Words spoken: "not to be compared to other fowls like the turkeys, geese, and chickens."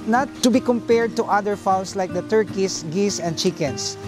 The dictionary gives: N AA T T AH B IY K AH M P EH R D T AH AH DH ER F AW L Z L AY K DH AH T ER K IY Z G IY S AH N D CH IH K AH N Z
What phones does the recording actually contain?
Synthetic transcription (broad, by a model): N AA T T AH B IY K AH M P EH R D T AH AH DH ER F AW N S L AY K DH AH T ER K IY S G IY S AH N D CH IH K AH N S